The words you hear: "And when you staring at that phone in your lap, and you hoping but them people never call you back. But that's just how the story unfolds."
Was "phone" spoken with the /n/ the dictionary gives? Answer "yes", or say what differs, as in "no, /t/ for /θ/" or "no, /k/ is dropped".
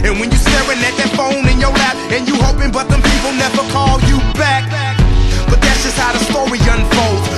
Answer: yes